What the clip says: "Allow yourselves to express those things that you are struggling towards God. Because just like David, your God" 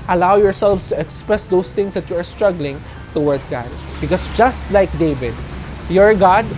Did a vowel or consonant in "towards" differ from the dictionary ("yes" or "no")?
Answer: yes